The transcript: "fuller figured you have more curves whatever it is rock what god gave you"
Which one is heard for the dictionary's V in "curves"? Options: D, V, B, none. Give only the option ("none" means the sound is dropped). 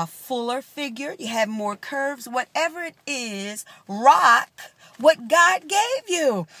V